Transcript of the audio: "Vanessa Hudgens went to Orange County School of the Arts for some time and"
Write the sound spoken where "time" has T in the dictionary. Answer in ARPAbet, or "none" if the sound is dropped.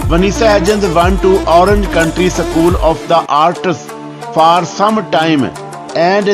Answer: T